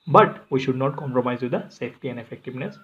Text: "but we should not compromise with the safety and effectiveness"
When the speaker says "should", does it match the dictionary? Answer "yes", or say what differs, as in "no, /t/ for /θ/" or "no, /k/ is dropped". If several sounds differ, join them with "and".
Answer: yes